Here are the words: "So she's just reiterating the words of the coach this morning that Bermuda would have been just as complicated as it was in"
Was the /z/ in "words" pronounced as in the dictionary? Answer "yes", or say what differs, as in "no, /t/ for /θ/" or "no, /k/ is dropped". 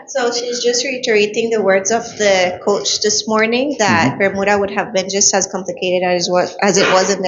yes